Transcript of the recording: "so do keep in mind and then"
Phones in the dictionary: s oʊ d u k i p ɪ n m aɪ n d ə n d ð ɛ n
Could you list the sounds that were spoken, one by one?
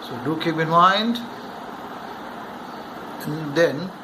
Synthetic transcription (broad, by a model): s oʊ d u k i b ɪ n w aɪ n d ə n d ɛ n